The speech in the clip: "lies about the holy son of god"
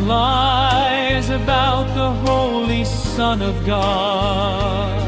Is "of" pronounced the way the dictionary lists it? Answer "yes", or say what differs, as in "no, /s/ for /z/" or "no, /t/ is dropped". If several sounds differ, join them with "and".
yes